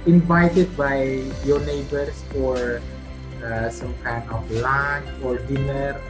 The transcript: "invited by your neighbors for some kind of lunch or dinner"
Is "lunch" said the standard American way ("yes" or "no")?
no